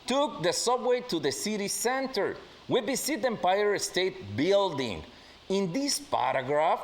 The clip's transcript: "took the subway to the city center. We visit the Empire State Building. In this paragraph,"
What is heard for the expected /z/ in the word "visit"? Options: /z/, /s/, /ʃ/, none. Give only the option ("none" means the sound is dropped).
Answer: /s/